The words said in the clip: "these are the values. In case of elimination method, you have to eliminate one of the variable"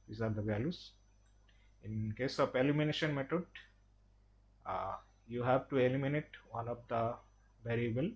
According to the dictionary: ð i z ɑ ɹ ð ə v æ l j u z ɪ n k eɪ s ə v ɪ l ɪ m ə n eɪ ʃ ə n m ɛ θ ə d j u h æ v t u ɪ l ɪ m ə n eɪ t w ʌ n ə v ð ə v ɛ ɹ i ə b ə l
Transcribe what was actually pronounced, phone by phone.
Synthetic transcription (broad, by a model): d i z ɑ ɹ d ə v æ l j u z ɪ n k eɪ s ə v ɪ l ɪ m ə n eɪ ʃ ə n m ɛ t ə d j u h æ v t u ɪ l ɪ m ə n eɪ t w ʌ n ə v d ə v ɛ ɹ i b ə l